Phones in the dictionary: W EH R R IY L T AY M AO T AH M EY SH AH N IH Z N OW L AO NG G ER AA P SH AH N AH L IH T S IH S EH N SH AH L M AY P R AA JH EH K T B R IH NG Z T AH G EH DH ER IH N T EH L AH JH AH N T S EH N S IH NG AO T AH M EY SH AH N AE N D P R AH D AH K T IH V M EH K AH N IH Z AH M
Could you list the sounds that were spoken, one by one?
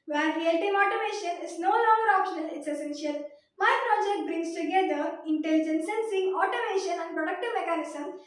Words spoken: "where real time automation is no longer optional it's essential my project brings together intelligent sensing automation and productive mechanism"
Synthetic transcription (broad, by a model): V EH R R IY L T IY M AO T AH M EY SH AH N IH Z N OW L AO NG G ER AA P SH AH N AH L IH T S IH S EH N SH AH L M AY P R AA JH EH K T B R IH NG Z T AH G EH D ER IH N T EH L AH JH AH N S EH N S IH NG AO T AH M EY SH AH N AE N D P R AH D AH K T IH V M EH K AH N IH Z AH M